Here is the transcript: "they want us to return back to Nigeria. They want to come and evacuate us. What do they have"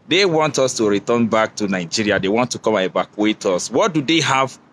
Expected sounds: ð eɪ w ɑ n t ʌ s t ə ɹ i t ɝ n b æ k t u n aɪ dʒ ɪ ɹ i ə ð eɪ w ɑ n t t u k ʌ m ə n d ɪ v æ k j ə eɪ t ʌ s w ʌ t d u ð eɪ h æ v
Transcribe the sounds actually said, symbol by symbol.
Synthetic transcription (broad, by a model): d eɪ w ɑ n t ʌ s t ə ɹ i t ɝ n b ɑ k t u n aɪ dʒ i ɹ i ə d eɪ w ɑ n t t u k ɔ m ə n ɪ b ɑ k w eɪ t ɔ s w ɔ t d u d eɪ h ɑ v